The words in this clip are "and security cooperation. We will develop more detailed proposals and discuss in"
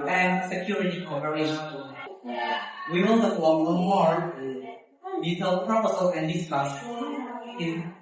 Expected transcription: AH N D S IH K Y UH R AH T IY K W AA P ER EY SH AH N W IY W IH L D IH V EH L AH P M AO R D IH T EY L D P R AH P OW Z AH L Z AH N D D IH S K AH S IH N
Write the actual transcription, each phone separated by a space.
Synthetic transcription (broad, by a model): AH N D S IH K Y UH R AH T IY K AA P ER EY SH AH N W IY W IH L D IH F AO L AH M AO R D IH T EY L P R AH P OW S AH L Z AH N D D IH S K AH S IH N